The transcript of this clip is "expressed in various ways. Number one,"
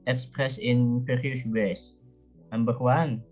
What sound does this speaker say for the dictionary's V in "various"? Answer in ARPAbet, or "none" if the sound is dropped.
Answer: P